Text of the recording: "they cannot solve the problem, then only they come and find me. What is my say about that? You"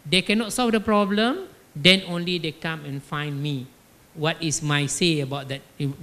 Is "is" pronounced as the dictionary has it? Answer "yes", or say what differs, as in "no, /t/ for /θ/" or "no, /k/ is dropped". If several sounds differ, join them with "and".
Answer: no, /s/ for /z/